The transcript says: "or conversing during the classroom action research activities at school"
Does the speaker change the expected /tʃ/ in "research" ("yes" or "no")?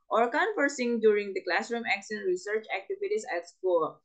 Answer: no